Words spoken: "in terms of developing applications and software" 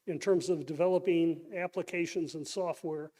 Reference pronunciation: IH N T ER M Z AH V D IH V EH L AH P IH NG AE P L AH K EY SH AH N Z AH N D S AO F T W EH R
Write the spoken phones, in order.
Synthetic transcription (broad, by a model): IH N T ER M Z AH V D IH V EH L AH P IH NG AE P L AH K EY SH AH N Z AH N S AO F T W EH R